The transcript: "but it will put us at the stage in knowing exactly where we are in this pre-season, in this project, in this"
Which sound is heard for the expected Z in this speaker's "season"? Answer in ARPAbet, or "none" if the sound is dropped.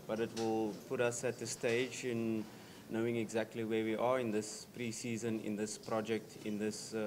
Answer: Z